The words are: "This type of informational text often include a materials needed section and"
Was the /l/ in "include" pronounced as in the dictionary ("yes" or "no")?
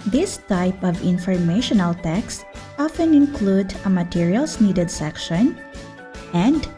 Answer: yes